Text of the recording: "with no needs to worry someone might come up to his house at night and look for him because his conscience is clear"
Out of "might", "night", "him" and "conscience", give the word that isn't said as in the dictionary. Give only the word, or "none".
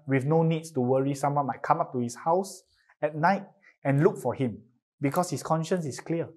none